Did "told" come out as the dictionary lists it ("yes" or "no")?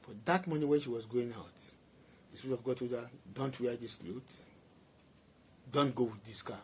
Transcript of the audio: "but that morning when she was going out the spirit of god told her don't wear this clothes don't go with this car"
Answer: no